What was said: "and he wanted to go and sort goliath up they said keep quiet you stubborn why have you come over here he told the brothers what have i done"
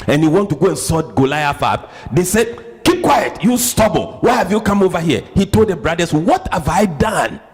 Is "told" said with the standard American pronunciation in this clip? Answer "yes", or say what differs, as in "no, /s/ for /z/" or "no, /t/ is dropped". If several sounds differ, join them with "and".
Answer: yes